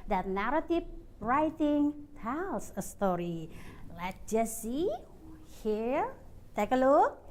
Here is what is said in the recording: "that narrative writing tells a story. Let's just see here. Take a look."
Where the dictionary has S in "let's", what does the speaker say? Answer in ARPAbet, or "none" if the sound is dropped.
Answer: none